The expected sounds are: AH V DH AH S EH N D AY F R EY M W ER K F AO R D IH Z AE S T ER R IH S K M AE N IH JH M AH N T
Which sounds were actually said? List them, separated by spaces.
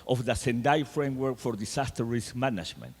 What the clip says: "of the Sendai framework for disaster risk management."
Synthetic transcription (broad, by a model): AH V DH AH S EH N D AY F R EY M W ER K F AO R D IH S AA S T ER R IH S M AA N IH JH M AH N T